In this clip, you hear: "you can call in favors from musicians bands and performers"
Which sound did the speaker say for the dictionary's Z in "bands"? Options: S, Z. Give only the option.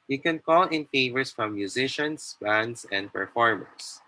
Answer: S